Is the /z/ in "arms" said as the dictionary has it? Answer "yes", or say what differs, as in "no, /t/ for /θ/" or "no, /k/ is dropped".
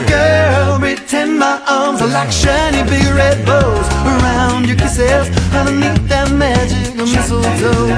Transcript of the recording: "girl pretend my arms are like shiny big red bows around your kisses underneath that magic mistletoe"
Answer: yes